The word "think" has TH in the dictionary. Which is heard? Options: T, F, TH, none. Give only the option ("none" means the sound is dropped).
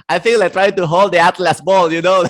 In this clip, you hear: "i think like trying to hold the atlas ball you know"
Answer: F